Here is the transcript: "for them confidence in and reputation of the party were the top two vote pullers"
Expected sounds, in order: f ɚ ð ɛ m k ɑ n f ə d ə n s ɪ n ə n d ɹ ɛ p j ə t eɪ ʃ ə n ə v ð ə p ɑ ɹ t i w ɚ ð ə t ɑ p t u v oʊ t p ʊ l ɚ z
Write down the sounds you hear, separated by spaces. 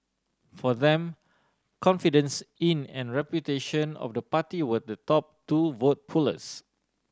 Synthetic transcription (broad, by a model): f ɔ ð ɛ m k ɑ n f ə d ə n s ɪ n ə n ɹ ɛ p j ə t eɪ ʃ ə n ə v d ə p ɑ t i w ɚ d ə t ɑ p t u v oʊ t p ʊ l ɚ s